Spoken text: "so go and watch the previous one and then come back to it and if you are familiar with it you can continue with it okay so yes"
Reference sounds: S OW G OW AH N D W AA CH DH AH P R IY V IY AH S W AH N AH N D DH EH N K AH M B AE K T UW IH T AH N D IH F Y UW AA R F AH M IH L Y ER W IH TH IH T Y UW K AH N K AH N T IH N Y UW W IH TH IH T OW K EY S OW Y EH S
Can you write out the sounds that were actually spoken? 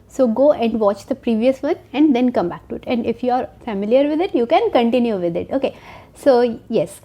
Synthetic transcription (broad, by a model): S OW G OW AH N D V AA CH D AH P R IY V IY AH S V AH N AH N D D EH N K AH M B AE K T UW IH T AH N D IH F Y UW AA R F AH M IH L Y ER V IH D IH T Y UW K AH N K AH N T IH N Y UW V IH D IH T OW K EY S OW Y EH S